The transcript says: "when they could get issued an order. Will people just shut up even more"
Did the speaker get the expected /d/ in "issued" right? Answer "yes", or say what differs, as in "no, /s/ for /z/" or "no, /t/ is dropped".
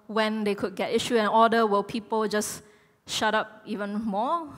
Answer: no, /d/ is dropped